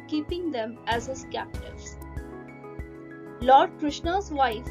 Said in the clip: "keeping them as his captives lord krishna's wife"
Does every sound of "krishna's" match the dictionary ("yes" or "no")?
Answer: yes